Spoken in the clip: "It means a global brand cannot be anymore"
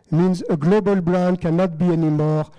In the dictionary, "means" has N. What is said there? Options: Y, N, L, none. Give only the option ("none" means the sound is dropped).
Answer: N